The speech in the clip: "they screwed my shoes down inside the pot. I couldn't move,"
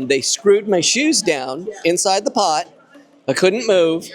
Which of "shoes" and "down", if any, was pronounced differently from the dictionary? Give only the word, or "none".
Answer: none